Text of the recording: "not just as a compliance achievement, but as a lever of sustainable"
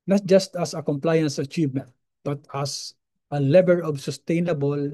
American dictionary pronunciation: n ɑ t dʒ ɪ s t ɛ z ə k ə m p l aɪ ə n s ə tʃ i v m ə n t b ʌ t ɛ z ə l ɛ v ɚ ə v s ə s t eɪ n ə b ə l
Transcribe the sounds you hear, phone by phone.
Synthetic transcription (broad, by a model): n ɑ t dʒ ɪ s t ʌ s ə k ə m p l aɪ ə n s ə tʃ i v m ə n t b ʌ t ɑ s ə l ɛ b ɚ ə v s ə s t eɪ n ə b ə l